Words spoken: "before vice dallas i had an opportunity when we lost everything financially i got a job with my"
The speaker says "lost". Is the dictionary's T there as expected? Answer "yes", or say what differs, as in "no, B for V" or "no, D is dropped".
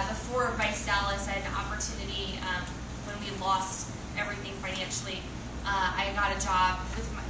yes